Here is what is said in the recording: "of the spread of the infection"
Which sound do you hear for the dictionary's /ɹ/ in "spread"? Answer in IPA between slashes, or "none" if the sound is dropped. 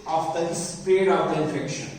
none